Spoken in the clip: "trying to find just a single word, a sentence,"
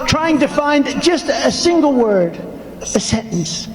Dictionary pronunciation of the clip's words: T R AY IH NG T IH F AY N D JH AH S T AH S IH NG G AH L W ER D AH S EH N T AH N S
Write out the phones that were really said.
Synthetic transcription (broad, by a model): T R AY IH NG T IH F AY N D JH AH S T AH S IH NG G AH L W ER D AH S EH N T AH N S